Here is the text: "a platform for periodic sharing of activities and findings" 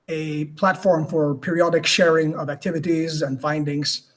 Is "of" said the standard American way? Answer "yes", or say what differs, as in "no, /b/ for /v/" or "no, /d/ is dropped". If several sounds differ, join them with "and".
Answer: yes